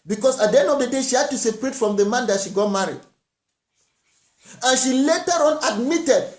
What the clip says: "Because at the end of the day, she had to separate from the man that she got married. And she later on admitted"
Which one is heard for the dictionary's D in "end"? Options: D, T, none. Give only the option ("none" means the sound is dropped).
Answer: none